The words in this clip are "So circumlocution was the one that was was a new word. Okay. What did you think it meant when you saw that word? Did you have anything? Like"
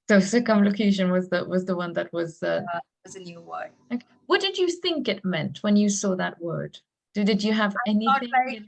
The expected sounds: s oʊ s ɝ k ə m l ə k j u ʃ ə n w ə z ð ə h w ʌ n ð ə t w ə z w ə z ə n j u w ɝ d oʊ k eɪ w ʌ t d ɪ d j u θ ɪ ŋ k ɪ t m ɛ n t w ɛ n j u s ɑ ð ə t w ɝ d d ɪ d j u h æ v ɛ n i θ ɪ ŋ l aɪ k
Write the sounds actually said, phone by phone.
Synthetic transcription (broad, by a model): s oʊ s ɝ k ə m l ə k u ʃ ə n w ə z ð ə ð w ʌ n ð ə t w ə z w ə z ə n j u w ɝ oʊ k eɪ w ʌ t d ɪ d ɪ θ ɪ ŋ k ɪ t m ɛ n t w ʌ n j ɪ s ɑ ð ə t w ɝ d d ɪ d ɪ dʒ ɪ v ɛ n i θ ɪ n